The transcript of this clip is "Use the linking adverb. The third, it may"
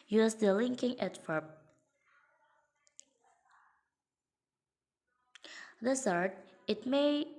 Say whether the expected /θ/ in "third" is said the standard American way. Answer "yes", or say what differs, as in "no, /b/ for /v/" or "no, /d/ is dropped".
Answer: no, /s/ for /θ/